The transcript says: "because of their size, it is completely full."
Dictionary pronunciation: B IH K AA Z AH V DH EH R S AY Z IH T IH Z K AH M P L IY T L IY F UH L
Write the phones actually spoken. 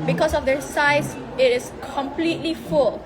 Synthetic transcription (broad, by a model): B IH K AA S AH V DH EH S AY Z IH T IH S K AH M P L IY T L IY F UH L